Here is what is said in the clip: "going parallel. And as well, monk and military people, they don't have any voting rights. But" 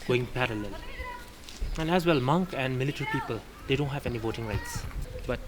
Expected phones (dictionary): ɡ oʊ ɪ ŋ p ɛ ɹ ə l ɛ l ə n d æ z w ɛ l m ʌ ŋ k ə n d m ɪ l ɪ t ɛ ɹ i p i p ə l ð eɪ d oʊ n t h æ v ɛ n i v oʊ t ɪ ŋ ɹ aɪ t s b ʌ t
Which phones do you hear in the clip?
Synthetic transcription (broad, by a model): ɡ oʊ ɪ ŋ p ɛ ɹ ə l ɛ l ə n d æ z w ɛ l m ʌ ŋ k ə n d m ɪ l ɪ t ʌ ɹ i p i p ə l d eɪ d oʊ n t h æ v ɛ n i v oʊ t ɪ ŋ ɹ aɪ t s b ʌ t